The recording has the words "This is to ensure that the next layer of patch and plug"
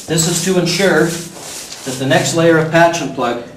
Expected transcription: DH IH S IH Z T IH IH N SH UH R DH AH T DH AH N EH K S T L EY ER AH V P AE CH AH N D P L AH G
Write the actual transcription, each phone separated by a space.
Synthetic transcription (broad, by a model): DH IH S IH Z T IH IH N SH UH R DH AH T DH AH N EH K S T L EY ER AH V P AE CH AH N P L AH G